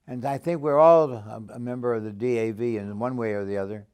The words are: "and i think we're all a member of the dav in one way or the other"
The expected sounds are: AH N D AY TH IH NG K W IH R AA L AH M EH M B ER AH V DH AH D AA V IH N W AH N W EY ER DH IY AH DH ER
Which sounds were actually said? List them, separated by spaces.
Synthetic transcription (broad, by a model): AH N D AY TH IH NG K W IH R AA L AH M EH M B ER AH V DH AH D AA V IH N W AH N W EY ER DH IY AH DH ER